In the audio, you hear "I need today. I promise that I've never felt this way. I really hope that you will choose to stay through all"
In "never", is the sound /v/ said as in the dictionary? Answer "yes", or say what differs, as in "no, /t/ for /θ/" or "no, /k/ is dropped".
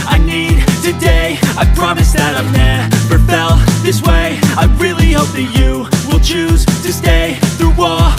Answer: no, /p/ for /v/